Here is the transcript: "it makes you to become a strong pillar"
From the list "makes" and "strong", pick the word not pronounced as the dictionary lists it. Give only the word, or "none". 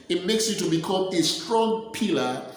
none